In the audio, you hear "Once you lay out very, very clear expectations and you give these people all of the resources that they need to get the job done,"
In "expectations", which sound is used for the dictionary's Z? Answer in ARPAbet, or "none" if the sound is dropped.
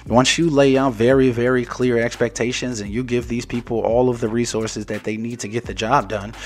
Z